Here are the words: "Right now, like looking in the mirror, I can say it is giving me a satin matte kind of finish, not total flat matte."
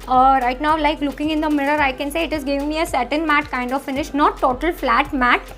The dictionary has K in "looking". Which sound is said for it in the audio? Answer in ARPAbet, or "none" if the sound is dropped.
K